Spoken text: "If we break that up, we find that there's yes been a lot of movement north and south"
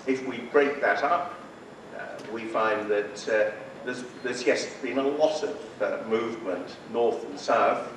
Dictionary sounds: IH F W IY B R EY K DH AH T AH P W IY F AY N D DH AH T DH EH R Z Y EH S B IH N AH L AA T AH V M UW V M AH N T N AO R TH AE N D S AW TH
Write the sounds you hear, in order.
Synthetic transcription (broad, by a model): IH F W IY B R EY K DH AH T AH P W IY F AY N DH AH T DH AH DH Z Y EH S B IH N AH L AA T AH V M UW V M AH N T N AO R TH N S AW TH